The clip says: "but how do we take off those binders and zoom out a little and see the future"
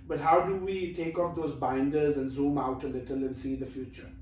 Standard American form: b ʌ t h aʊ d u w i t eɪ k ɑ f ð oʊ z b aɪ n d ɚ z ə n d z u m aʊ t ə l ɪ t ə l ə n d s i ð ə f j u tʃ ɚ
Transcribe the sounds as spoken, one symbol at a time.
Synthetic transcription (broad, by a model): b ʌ t h aʊ d u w i t eɪ k ɑ f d oʊ z b aɪ n d ɚ z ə n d z u m aʊ t ə l ɪ t ə l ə n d s i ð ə f j u tʃ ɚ